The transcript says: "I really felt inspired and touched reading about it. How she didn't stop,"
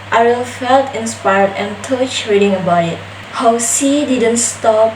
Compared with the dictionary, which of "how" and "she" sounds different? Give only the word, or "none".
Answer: she